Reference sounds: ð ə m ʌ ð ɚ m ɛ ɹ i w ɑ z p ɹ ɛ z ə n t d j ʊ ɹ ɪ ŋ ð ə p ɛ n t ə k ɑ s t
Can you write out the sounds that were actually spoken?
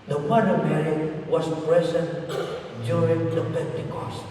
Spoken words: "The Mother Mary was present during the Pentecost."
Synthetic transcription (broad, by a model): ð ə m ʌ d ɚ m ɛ ɹ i w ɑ s p ɹ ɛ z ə n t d j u ɹ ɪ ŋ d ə p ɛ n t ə k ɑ s